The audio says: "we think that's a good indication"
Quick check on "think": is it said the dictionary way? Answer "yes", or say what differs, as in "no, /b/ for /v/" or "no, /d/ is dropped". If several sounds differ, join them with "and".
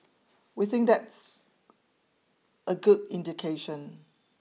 yes